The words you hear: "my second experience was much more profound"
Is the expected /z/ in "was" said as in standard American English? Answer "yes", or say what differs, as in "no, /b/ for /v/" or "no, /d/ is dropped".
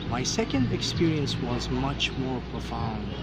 yes